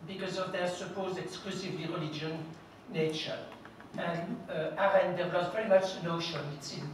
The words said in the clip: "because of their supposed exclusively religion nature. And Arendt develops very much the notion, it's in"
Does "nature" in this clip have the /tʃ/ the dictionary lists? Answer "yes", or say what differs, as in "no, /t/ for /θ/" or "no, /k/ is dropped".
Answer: yes